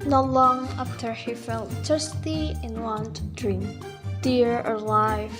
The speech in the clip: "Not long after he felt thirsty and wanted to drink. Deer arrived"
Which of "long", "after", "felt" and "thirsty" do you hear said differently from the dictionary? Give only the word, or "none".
thirsty